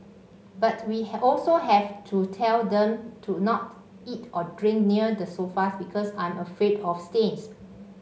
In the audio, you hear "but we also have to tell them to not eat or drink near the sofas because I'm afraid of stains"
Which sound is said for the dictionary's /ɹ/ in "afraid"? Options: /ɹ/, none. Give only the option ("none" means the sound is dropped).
/ɹ/